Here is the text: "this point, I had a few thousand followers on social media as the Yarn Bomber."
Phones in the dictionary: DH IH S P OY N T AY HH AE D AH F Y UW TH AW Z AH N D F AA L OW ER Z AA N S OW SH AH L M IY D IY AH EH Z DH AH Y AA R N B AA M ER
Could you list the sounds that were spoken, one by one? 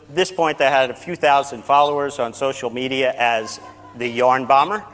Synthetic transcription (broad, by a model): DH IH S P OY N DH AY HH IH D AH F Y UW TH AW Z AH N D F AA L OW ER Z N S OW SH L M IY D IY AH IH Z DH AH Y AA R N B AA M ER